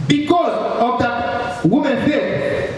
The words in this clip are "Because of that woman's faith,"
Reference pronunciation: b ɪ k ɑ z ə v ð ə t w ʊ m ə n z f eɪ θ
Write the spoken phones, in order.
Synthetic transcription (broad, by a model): b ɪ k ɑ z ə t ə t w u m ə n f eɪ